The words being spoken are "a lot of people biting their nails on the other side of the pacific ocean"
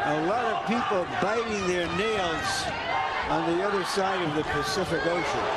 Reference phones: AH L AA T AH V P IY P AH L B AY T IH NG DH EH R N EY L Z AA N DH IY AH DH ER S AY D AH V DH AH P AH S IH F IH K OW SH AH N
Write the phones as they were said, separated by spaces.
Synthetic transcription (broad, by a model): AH L AA T AH V P IY P L B AY T IH NG DH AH R N EY L Z N DH IY AH DH ER S AY D AH V DH AH P AH S IH F IH K OW SH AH N